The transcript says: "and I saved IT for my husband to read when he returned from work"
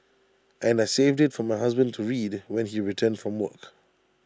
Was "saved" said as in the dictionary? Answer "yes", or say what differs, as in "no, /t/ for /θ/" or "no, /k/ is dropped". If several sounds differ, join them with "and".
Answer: yes